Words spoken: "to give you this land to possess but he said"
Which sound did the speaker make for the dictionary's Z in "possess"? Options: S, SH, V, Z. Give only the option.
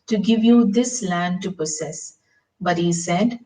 S